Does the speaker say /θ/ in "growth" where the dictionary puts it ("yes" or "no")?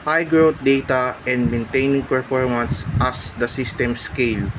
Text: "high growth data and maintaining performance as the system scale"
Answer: no